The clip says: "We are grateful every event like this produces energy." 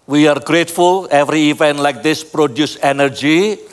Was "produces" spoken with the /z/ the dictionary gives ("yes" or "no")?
no